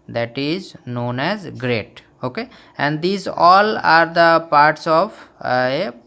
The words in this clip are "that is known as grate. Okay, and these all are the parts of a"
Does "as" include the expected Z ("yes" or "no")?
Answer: yes